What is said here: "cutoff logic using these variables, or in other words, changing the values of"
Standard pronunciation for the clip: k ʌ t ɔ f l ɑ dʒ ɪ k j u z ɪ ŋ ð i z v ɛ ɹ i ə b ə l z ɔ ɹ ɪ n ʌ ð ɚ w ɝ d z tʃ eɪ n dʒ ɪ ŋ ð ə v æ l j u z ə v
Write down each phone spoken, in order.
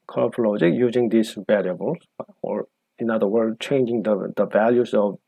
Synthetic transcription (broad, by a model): k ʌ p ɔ l ɑ dʒ ɪ k j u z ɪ ŋ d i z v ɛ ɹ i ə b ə l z ɔ ɹ ɪ n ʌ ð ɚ w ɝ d tʃ eɪ n dʒ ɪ ŋ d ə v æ l j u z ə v